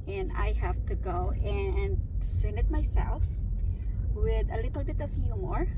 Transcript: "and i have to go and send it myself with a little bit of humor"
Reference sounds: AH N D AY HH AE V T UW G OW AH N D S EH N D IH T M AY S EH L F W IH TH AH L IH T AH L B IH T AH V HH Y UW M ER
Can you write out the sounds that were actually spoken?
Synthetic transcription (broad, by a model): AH N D AY HH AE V T UW G OW AH N D S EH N IH T M AY S EH L F W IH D AH L IH T AH L B IH T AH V Y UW M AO